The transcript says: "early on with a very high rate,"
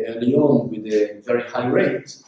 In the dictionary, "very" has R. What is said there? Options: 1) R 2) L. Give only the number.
1